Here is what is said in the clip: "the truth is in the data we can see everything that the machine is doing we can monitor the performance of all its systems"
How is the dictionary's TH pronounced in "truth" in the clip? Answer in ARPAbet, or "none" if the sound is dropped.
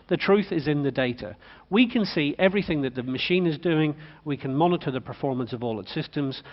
TH